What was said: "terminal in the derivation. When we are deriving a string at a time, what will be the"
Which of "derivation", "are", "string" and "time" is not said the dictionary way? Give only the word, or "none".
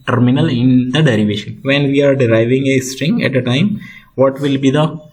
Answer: none